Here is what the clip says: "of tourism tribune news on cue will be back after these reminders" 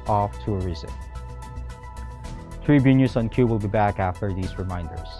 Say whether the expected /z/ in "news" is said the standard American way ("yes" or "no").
no